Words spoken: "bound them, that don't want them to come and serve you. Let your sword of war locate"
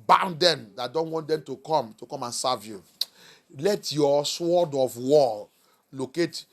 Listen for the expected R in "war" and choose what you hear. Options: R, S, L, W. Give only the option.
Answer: L